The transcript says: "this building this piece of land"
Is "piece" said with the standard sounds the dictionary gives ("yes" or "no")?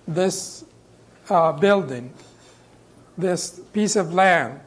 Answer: yes